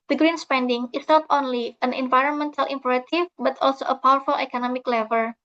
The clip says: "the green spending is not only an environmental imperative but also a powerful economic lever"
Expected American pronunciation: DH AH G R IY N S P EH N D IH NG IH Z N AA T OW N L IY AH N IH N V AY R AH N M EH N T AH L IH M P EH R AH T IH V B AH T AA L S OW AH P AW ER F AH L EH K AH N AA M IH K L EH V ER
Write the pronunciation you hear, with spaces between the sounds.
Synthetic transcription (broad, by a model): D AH G R IY N S P EH N D IH NG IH S N AA T OW N L IY AH N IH N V AY R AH N M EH N T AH L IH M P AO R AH T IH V B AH T AA L S OW AH P AW ER F AH L EH K AH N AA M IH K L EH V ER